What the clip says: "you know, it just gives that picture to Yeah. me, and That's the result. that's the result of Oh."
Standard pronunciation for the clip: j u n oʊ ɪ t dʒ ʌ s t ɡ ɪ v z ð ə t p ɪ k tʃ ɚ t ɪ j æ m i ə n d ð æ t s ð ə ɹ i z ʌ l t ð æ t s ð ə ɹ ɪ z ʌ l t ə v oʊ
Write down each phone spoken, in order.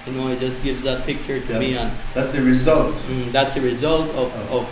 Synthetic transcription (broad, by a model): j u n oʊ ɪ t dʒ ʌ s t ɡ ɪ v z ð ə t p ɪ k tʃ ɚ t ɪ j m i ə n ð æ t s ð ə ɹ i z ʌ l t ð æ t s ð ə ɹ ɪ z ʌ l t ə v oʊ